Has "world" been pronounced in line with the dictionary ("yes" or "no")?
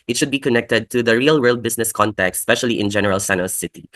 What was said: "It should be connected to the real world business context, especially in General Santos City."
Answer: yes